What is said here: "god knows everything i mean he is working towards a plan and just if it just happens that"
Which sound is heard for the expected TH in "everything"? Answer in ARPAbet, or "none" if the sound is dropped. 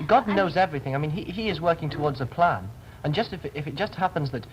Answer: TH